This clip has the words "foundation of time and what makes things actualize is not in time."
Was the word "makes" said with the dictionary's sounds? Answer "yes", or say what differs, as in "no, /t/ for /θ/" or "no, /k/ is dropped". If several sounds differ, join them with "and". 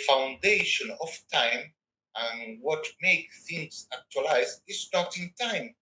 no, /s/ is dropped